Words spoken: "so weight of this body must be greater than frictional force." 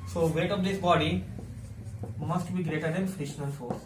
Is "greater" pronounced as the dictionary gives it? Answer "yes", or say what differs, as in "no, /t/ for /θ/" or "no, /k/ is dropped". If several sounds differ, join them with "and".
yes